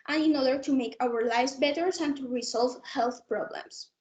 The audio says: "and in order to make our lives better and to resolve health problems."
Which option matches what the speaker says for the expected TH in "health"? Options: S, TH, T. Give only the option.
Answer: TH